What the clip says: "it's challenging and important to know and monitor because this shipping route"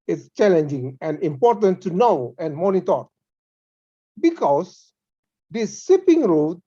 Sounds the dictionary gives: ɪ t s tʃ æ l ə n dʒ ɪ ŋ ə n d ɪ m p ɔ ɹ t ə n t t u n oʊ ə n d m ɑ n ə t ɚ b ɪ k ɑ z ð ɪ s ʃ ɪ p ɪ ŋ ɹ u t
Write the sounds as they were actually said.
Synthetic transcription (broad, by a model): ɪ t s tʃ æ l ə n dʒ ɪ ŋ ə n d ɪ m p ɔ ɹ t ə n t t u n oʊ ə n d m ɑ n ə t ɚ b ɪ k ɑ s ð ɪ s s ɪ p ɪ ŋ ɹ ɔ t